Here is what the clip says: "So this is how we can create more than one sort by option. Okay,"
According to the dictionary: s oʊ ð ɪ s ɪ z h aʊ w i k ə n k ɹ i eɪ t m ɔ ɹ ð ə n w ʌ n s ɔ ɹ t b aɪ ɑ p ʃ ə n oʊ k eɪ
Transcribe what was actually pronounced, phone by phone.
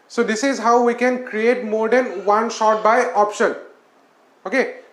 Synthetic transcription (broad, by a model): s oʊ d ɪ s ɪ z h aʊ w i k ə n k ɹ i eɪ t m ɔ ɹ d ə n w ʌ n ʃ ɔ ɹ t b aɪ ɑ p ʃ ə n oʊ k eɪ